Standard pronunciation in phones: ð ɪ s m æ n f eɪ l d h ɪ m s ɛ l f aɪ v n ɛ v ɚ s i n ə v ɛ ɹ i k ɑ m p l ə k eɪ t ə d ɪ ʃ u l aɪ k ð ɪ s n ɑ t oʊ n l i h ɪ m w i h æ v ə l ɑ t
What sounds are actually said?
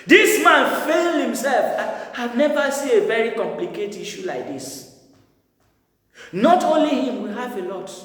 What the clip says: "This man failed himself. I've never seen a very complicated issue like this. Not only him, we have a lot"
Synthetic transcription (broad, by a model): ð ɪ s m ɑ n f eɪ l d h ɪ m s ɛ l f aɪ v n ɛ v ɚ s i n ə v ɛ ɹ i k ɑ m p l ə k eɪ t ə ʃ u l aɪ k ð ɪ s n ɑ t oʊ n l i h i m w i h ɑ v ə l ɑ t